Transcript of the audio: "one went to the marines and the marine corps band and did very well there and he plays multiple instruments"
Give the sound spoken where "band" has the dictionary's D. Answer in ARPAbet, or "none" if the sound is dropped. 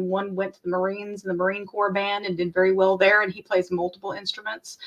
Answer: D